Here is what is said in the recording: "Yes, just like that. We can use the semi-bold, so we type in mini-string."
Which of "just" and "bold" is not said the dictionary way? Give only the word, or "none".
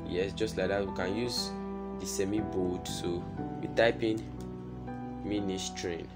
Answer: bold